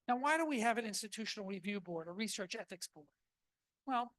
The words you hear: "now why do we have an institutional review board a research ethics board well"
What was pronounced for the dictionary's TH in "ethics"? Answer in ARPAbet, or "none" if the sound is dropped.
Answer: TH